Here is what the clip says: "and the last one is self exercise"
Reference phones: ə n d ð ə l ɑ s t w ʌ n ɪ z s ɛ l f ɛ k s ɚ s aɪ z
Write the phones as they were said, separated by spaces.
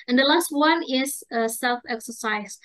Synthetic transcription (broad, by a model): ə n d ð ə l ɑ s t w ʌ n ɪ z s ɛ l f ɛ k s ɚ s aɪ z